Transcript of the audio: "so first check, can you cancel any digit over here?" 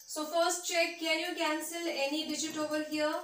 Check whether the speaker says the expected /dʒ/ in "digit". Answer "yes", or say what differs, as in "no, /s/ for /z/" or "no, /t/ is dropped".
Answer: yes